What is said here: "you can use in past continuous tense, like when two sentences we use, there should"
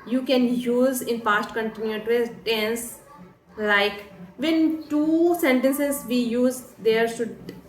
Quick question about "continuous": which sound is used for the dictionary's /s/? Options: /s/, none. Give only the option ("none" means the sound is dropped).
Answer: none